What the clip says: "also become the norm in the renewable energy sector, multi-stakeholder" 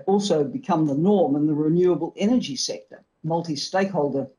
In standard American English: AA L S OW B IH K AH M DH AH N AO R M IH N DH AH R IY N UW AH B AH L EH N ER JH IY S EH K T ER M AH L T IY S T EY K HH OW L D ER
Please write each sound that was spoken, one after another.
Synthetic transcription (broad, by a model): AA L S OW B IH K AH M DH AH N AO R M IH N DH AH R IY N UW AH B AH L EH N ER JH IY S EH K T ER M AH L T IY S T EY K HH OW L D ER